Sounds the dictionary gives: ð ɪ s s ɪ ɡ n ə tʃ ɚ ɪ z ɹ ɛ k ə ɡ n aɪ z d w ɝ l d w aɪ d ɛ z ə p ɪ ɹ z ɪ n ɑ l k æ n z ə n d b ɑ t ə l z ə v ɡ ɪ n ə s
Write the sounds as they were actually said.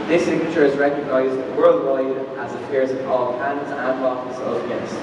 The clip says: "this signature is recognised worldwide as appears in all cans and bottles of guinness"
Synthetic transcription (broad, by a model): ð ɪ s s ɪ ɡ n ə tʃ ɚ ɪ z ɹ ɛ k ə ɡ n aɪ z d w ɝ l d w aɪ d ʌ z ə f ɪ ɹ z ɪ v ɑ l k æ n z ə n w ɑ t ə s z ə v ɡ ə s